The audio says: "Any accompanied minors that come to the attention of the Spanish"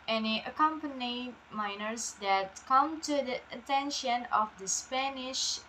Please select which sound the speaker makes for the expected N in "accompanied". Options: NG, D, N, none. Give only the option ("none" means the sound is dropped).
N